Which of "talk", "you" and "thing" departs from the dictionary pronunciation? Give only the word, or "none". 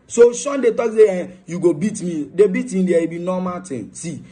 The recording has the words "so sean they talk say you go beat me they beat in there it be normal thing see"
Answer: thing